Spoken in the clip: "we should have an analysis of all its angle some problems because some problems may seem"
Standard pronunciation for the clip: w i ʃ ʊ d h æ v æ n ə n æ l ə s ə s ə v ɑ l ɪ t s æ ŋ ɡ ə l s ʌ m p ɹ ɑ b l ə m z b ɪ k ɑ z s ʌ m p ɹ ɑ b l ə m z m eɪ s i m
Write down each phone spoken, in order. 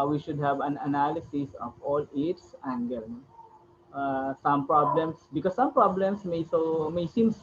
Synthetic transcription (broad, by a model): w i ʃ ʊ d h æ v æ n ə n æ l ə s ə s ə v ɑ l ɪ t s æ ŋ ɡ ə n s ʌ m p ɹ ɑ b l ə m s b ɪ k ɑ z s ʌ m p ɹ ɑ b l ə m s m eɪ s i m